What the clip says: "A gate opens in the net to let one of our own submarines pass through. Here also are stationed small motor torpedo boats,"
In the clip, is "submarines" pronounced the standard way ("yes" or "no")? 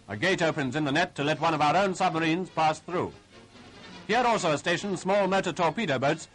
yes